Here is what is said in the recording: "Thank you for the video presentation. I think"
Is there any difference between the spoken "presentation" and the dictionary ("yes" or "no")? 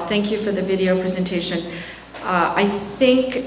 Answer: no